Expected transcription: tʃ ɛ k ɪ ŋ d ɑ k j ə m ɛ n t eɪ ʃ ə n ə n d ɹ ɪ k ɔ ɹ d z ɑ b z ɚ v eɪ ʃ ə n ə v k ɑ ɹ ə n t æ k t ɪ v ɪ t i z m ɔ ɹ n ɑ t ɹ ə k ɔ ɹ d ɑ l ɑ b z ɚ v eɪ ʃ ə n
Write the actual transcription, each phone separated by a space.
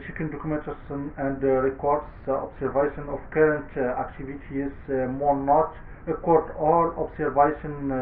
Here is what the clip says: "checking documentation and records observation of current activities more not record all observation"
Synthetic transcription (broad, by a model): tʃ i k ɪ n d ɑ k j m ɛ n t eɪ s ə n ə n d ɹ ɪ k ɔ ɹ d s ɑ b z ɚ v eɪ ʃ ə n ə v k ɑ ɹ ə n t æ k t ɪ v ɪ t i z m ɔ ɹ n ɑ t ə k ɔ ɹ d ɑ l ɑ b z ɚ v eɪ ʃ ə n